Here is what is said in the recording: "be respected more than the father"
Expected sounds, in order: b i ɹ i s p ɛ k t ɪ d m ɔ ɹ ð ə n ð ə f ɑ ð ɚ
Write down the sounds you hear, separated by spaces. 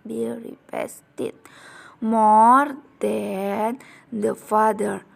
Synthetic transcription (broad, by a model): b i ɹ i p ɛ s t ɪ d m ɔ ɹ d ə n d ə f ɑ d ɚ